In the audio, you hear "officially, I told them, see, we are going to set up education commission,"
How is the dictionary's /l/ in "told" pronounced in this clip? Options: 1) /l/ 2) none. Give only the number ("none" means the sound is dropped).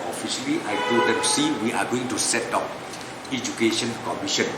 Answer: 2